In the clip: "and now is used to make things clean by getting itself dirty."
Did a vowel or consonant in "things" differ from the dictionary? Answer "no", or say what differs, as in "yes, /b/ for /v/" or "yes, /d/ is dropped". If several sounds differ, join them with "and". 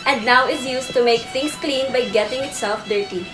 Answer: yes, /t/ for /θ/ and /s/ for /z/